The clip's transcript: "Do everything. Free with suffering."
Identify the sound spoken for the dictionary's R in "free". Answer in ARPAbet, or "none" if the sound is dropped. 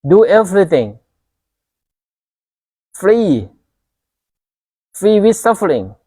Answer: R